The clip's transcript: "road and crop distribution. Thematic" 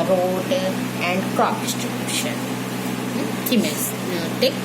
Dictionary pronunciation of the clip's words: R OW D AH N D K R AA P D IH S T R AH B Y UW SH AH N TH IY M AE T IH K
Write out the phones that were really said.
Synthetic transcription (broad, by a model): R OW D AH N D K AA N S T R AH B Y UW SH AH N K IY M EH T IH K